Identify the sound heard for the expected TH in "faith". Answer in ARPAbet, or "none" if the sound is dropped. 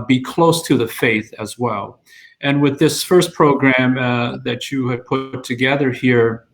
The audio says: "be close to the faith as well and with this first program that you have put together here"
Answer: TH